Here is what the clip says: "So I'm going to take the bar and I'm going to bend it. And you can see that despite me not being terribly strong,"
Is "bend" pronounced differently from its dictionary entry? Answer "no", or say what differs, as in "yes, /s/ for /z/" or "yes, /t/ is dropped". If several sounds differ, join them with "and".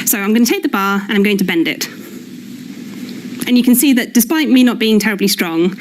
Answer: no